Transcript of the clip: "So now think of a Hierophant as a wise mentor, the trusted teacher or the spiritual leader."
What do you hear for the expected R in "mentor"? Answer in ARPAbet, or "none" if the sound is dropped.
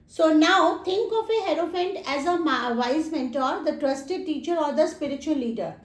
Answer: R